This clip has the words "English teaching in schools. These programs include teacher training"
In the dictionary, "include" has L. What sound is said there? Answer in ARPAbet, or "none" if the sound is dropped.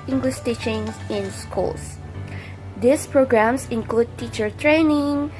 L